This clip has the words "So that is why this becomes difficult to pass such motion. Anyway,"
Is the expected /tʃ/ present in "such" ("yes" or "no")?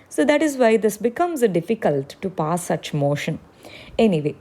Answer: yes